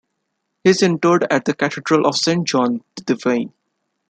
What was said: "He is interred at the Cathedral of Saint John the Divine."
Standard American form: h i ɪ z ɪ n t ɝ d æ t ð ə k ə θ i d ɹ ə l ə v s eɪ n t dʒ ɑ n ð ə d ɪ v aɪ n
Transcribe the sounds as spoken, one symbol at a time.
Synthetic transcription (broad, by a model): h i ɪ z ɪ n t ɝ d æ t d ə k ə t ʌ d ɹ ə l ə v s eɪ n t dʒ ɑ n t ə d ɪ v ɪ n